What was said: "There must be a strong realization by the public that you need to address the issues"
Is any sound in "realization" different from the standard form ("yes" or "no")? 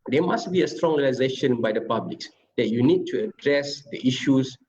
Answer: no